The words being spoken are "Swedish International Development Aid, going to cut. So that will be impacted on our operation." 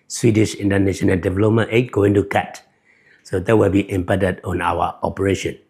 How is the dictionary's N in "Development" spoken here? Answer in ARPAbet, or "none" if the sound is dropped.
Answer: none